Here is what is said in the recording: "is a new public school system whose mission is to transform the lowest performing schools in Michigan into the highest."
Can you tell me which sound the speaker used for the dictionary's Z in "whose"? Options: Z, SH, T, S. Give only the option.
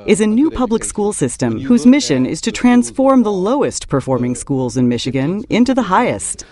Z